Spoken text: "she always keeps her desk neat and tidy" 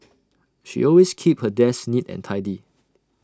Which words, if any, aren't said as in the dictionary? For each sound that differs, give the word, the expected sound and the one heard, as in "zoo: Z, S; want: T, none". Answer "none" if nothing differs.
always: Z, S; keeps: S, none